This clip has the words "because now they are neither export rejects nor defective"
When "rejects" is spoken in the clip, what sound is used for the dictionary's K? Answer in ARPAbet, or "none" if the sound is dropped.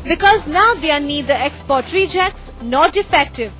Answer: K